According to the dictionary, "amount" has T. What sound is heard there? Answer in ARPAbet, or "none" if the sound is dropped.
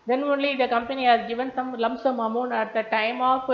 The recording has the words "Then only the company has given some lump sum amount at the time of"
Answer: none